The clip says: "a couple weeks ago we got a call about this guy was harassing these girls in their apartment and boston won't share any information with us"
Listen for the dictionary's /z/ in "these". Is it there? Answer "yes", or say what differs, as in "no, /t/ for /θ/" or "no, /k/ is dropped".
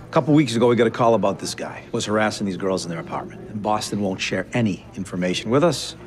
yes